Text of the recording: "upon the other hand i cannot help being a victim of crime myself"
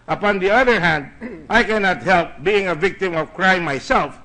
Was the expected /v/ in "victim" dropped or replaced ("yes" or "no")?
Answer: no